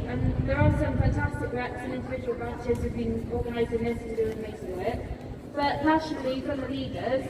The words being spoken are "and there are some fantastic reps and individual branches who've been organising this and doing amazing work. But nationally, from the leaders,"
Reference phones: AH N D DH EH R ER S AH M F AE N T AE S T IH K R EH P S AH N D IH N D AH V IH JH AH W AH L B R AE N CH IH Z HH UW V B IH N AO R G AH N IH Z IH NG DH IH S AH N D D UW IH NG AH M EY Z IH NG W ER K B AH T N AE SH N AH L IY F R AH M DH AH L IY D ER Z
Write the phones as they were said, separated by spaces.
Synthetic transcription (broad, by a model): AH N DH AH R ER S AH M F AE N T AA S T IH K R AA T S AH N IH N D AH V IH JH AH W AH L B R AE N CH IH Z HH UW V B IH N AO G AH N IH Z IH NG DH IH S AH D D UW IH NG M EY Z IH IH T B AH T L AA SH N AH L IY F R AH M DH AH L IY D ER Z